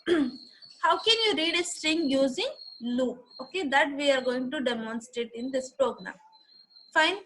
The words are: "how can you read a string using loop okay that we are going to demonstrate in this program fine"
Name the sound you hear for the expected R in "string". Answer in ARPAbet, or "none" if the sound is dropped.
R